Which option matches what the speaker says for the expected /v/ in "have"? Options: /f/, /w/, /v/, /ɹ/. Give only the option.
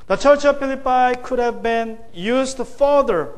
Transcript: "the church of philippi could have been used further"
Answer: /v/